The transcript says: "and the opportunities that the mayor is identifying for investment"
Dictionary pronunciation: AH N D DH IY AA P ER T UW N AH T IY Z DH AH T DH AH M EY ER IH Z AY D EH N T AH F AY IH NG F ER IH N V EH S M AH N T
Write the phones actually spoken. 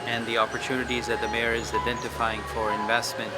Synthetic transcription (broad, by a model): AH N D DH IY AA P ER T UW N AH T IY Z DH AH T DH AH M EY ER IH Z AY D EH N T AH F AY IH NG F ER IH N V EH S M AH N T